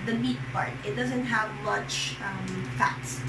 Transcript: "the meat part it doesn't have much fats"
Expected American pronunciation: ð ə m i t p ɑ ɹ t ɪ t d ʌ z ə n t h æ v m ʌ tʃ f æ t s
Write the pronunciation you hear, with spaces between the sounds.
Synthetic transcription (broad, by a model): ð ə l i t p ɑ ɹ t ɪ t d ʌ z ə n t h æ v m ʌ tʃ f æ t s